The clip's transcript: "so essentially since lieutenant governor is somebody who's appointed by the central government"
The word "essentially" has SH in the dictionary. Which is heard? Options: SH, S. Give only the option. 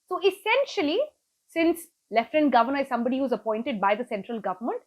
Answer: SH